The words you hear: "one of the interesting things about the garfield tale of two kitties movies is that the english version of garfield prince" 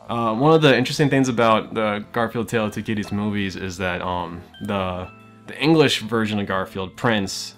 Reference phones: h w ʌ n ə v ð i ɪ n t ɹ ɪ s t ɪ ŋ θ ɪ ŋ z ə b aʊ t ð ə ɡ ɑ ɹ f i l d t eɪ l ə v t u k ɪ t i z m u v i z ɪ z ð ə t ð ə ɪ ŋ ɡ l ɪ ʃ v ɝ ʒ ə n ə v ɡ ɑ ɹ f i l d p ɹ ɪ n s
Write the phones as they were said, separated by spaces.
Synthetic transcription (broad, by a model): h w ʌ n ə v ð i ɪ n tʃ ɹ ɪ s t ɪ ŋ θ ɪ ŋ z ə b aʊ t ð ə ɡ ɑ ɹ f i l d t eɪ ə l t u k ɪ t i z m u v i z ɪ z ð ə t ð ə ɪ ŋ ɡ l ɪ ʃ v ɝ ʒ ə n ə v ɡ ɑ ɹ f i l d p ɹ ɪ n s